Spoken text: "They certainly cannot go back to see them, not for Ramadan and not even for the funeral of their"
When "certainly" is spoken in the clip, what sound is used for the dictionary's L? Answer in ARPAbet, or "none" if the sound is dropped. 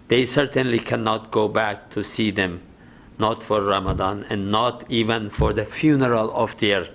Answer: L